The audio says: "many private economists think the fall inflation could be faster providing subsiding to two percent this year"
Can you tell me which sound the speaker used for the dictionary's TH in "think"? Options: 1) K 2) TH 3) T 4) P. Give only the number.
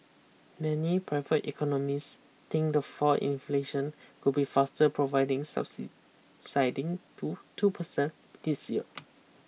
3